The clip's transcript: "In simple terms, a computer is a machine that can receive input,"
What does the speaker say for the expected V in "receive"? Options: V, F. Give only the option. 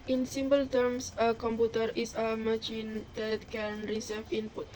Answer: F